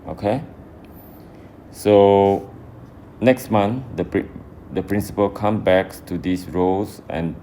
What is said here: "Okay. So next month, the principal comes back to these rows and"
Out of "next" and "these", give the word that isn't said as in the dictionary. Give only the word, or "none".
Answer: these